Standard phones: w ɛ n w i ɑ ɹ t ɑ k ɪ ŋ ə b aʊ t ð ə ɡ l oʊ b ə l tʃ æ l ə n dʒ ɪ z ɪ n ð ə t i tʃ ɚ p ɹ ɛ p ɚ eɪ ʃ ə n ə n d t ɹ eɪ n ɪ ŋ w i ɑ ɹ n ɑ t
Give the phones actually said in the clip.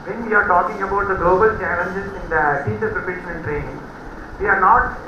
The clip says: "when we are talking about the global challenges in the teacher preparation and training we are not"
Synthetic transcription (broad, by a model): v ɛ n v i ɑ ɹ t ɑ k ɪ ŋ ə b aʊ t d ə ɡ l oʊ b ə l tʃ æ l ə n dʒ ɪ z ɪ n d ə s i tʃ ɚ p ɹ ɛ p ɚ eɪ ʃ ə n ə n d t ɹ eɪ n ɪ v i ɑ ɹ n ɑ t